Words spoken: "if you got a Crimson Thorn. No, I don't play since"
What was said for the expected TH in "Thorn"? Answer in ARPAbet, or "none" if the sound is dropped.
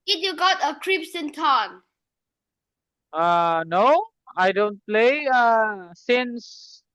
T